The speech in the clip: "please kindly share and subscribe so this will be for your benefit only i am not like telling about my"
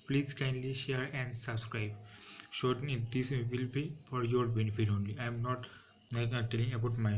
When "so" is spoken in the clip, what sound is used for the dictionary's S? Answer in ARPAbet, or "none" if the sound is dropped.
SH